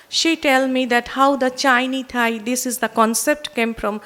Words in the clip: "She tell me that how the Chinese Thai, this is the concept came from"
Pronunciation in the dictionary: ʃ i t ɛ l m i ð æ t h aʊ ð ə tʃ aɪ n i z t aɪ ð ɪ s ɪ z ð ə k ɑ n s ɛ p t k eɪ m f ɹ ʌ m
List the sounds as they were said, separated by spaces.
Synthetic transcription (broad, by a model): ʃ i t ɛ l m i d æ t h aʊ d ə tʃ aɪ n i t aɪ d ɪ s ɪ z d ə k ɑ n s ɛ p t k eɪ m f ɹ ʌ m